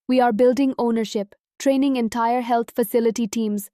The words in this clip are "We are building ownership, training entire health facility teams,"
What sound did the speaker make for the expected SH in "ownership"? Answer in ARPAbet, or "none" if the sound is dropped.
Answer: SH